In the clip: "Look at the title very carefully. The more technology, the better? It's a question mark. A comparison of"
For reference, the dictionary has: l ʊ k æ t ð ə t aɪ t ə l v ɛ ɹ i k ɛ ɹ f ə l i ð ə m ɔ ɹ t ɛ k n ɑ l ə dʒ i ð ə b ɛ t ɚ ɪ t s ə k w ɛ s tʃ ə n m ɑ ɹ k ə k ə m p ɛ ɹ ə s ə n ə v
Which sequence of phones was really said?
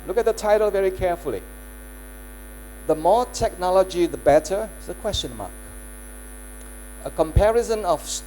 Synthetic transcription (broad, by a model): l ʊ k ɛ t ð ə t aɪ t ə l v ɛ ɹ i k ɛ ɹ f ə l i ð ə m ɔ t ɛ k n ɑ l ə dʒ i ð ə b ɛ t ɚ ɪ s ə k w ɛ s tʃ ə n m ɑ k ə k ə m p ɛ ɹ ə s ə n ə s